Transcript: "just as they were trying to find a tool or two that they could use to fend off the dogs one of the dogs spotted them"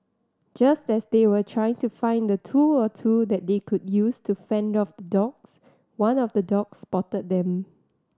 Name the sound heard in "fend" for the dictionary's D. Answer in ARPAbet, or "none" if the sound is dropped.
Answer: D